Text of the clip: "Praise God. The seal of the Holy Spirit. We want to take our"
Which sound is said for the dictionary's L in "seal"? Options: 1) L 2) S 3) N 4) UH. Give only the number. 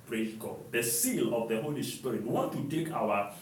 1